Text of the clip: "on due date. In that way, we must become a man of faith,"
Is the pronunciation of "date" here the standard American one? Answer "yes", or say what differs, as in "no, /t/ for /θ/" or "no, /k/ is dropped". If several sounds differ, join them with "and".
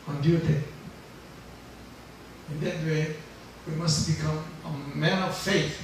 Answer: no, /t/ is dropped